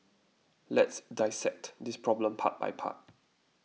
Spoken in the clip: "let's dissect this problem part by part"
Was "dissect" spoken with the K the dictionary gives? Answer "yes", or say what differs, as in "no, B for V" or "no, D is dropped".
yes